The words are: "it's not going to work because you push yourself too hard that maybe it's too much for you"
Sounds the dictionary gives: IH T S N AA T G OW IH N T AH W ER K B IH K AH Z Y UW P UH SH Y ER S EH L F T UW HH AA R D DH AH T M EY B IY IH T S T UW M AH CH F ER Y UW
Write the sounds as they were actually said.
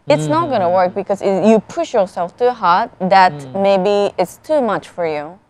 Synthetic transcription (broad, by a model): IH T S N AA T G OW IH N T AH W ER K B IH K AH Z Y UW P UH SH Y ER S EH L F T UW HH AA R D DH AH T M EY B IY IH T S T UW M AH CH F ER Y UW